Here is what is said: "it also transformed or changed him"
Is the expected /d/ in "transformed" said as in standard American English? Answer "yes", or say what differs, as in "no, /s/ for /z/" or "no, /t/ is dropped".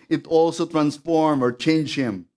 no, /d/ is dropped